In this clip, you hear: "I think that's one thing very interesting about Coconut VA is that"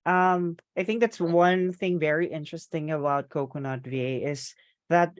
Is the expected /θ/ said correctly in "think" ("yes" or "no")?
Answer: yes